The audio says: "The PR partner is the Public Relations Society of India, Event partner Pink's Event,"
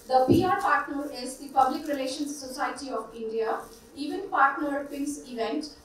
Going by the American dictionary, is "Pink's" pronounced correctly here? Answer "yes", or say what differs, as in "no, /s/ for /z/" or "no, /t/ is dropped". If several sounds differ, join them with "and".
no, /k/ is dropped